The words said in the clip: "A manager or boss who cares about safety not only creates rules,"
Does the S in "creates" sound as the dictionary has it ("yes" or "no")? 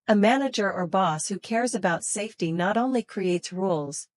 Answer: yes